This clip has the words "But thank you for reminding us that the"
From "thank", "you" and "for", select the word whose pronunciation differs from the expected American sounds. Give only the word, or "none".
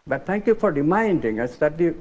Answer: thank